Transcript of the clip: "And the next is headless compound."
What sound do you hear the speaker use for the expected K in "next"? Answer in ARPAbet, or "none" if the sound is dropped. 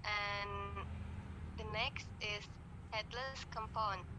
K